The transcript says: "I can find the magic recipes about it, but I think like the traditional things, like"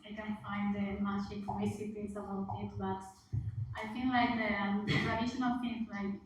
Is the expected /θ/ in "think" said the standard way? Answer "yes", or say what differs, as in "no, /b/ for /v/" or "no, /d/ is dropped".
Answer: no, /f/ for /θ/